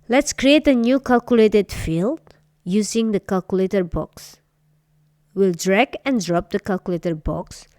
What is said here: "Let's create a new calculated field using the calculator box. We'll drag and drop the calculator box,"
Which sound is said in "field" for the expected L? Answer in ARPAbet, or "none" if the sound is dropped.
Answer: L